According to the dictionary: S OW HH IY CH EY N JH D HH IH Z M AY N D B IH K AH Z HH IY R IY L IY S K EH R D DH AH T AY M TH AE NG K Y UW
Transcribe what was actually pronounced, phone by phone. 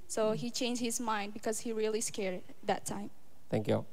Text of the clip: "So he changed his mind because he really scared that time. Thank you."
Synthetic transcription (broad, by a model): S OW HH IY CH EY N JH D HH IH Z M AY N D B IH K AH Z HH IY R IY L IY S K EH R D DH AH T AY M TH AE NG K Y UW